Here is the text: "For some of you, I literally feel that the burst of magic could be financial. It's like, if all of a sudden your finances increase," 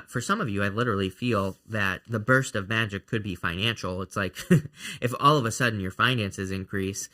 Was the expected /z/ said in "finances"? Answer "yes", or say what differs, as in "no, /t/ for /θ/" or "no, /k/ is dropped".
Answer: yes